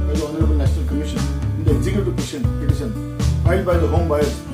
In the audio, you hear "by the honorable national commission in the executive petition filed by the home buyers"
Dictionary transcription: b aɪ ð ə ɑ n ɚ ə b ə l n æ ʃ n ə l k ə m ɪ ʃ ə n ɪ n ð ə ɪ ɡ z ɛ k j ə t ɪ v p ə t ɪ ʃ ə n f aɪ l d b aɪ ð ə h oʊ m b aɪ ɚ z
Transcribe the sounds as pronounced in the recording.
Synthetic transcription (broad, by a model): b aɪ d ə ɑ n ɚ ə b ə l n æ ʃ n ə l k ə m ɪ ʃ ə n ɪ n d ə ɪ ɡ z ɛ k j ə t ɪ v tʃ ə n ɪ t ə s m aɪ d b aɪ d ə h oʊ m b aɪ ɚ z